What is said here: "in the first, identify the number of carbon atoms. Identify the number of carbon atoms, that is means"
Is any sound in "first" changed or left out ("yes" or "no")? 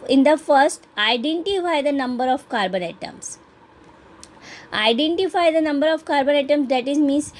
no